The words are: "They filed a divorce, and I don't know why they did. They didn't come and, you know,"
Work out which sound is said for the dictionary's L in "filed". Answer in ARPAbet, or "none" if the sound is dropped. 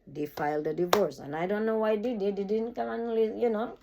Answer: L